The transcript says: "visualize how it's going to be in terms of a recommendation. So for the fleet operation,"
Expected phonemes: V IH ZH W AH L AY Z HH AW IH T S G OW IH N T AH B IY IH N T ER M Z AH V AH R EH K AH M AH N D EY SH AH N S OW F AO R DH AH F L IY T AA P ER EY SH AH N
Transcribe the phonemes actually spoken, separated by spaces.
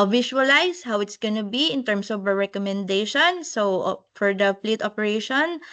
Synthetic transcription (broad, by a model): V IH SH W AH L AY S HH AW IH T S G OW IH N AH B IY IH N T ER M S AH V AH R EH K AH M AH N D EY SH AH N S OW F AO R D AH P L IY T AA P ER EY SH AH N